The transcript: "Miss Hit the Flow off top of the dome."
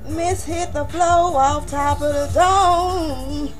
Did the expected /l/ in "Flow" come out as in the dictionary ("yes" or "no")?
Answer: yes